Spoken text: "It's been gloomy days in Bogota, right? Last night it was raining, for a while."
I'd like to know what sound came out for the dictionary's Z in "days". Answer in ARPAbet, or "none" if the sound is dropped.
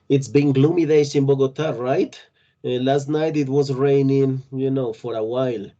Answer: S